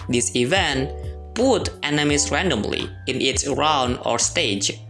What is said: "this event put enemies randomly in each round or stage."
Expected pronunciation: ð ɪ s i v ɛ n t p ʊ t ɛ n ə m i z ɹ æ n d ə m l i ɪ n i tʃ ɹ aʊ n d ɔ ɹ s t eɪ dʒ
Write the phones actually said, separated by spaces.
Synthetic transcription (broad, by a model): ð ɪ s i v ɛ n t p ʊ t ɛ n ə m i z ɹ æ n d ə m l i ɪ n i s ɹ aʊ n d ɔ ɹ s t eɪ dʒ